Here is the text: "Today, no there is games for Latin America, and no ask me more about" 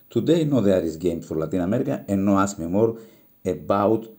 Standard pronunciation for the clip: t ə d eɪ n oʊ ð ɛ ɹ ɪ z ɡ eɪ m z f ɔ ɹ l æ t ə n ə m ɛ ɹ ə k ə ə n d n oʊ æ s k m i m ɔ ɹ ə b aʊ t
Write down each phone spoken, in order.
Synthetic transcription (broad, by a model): t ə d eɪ n oʊ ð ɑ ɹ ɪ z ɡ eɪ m f ɔ ɹ l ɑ t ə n ə m ɛ ɹ ə k ə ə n n oʊ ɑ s m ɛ m ɔ ɹ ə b aʊ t